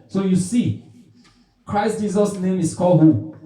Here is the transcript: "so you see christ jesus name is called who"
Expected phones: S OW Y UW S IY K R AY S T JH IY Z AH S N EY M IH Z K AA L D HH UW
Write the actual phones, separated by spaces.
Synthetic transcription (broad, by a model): S OW Y UW S IY K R AY S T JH IY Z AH S N EY M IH S K AA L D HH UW